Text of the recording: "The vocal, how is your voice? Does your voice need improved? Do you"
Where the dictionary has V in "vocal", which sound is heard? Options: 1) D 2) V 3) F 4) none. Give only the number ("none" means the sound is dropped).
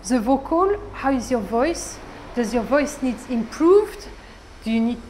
2